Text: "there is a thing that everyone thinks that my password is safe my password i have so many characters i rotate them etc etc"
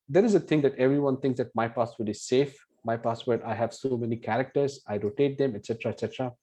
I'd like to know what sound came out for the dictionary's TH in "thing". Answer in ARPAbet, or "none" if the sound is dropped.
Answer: T